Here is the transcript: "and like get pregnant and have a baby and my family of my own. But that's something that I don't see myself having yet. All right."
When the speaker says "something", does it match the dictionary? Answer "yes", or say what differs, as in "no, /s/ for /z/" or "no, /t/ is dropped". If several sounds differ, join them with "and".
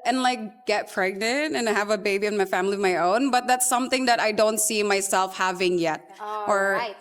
yes